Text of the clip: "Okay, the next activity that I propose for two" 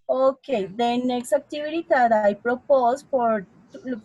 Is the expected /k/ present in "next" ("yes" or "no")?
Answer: yes